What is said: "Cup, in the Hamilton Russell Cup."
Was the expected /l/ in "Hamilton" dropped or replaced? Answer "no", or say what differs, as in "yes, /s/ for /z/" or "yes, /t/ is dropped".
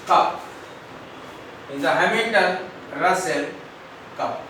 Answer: yes, /l/ is dropped